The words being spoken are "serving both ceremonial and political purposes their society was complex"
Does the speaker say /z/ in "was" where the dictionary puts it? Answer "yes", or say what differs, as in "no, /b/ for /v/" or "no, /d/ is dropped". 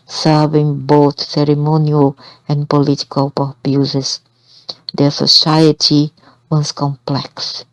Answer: no, /s/ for /z/